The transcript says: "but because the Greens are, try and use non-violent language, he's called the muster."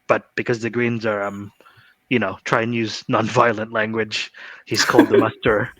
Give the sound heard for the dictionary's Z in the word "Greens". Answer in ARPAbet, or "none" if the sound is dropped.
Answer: Z